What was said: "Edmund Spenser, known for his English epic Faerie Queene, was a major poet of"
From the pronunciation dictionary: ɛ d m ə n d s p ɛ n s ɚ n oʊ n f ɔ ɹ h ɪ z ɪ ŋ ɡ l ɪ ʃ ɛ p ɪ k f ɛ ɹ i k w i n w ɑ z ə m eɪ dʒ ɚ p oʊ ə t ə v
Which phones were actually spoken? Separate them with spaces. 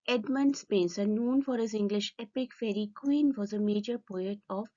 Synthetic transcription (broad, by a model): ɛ d m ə n d s p ɛ n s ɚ n oʊ n f ɔ ɹ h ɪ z ɪ ŋ ɡ l ɪ ʃ ɛ p ɪ k f ɛ ɹ i k w i n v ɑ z ə m eɪ dʒ ɚ p oʊ ə t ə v